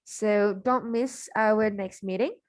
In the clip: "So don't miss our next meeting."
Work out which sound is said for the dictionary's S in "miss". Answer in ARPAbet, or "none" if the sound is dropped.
S